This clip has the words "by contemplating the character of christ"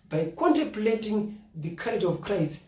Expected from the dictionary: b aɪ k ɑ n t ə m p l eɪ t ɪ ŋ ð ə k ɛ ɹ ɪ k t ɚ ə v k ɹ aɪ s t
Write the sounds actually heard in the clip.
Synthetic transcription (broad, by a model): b aɪ k ɑ n t ə m p l eɪ t ɪ ŋ ð ə k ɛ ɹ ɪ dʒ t ə v k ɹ aɪ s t